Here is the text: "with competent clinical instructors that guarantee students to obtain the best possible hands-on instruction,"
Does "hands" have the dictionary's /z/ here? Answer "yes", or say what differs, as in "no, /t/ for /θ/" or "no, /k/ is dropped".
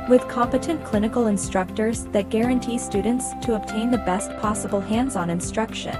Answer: yes